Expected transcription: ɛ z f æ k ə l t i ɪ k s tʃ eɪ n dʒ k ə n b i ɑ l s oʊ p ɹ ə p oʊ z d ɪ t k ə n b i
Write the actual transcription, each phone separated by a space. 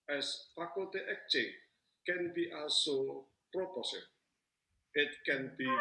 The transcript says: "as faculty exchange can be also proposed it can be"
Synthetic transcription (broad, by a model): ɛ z f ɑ k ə l t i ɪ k tʃ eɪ k ə n b i ɑ l s oʊ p ɹ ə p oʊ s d ɪ t k ə n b i